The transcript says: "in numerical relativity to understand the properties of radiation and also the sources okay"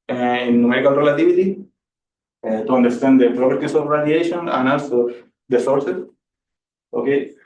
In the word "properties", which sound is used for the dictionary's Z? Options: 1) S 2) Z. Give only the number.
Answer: 1